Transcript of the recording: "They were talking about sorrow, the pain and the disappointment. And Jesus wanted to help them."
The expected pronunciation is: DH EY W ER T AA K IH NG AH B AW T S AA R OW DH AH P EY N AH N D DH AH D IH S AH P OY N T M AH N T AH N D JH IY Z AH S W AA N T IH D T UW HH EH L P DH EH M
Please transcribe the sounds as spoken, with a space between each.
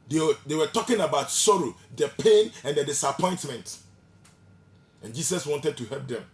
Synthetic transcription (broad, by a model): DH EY W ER T AA K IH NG AH B AW T S AA R OW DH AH P EY N AH N D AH D IH S AH P OY N T M AH N T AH N JH IY S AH S W AA N T IH D T UW HH EH L P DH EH M